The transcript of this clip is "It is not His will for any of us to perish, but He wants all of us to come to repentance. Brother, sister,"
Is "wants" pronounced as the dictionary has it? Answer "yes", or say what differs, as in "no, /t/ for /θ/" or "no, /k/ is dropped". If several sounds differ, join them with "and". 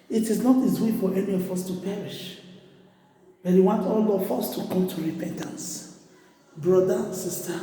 no, /s/ is dropped